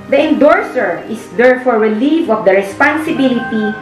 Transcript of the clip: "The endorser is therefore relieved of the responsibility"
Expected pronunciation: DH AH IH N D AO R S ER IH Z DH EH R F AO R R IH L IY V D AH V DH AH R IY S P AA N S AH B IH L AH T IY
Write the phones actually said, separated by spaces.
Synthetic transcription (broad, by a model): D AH IH N D AO R S ER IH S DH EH R F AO R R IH L IY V AH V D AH R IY S P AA N S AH B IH L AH T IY